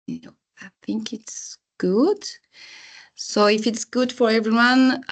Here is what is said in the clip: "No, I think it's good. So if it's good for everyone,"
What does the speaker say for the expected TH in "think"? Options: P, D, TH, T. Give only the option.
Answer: TH